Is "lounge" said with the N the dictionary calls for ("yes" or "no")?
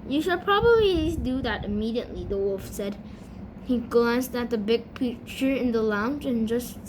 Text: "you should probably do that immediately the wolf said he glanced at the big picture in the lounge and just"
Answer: yes